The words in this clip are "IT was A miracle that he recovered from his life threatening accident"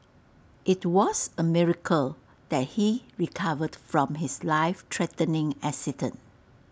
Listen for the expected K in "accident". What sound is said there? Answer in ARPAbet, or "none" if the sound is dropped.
none